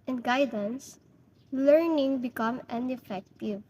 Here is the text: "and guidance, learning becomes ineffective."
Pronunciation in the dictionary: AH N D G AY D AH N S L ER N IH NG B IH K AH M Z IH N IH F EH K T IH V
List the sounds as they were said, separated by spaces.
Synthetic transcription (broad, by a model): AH N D G AY D AH N S L ER N IH NG B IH K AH M IH N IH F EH K T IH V